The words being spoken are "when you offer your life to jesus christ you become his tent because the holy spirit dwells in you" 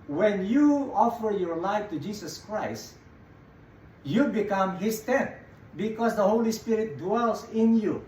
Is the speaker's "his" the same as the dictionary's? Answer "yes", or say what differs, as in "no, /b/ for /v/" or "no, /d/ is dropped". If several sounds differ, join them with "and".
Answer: no, /s/ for /z/